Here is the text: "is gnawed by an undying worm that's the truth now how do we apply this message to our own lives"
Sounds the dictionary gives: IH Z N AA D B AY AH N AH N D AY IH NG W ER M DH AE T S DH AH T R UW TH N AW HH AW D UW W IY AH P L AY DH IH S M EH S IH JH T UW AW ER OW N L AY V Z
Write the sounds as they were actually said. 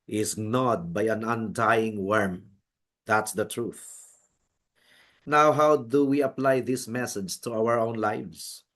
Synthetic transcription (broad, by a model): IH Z N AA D B AY AH N AH N D AY IH NG W ER M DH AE T S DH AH T R UW TH N AW HH AW D UW W IY AH P L AY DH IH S M EH S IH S T UW AW ER OW N L AY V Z